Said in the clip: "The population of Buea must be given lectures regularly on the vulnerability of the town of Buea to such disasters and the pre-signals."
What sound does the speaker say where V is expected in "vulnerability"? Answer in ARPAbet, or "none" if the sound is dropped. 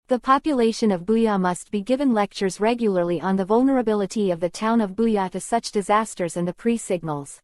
V